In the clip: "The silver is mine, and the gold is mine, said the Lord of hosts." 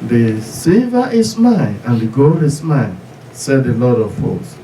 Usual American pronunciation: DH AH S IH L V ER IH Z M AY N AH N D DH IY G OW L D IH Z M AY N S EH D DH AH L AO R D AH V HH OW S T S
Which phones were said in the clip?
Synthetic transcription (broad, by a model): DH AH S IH V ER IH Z M AY N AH N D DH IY G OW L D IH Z M AY N S EH D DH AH L AO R D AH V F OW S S